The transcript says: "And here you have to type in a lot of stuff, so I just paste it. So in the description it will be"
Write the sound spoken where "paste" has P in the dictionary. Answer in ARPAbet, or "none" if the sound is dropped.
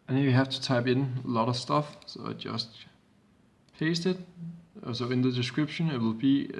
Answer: F